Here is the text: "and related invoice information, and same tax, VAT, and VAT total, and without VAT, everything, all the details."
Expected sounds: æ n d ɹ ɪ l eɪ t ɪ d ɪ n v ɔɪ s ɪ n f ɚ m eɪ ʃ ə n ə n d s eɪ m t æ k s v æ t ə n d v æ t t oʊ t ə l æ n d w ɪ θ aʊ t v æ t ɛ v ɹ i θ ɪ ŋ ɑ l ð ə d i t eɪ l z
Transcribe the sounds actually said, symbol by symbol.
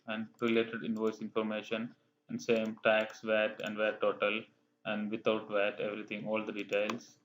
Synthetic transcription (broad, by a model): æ n d ɹ ɪ l eɪ t ɪ d ɪ n v ɔɪ s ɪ n f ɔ m eɪ ʃ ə n ə n d s eɪ m t æ k s v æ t ə n d v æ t t oʊ t ə l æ n d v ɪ t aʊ t v æ t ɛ v ɹ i t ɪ ŋ ɑ l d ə d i t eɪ l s